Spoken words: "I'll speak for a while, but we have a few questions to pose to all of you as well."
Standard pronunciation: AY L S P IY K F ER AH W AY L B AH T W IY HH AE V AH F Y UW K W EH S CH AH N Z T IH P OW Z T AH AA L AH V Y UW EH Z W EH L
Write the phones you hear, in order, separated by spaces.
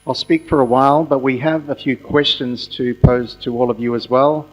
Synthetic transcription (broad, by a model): AY L S P IY K F ER AH W AY L B AH T W IY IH V AH F Y UW K W EH S CH AH N Z T IH P OW Z T AH AA L AH V Y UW Z W EH L